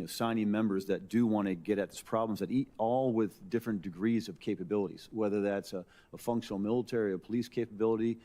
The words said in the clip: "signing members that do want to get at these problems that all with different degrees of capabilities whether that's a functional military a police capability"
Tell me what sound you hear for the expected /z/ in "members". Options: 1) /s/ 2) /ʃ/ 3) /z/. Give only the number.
3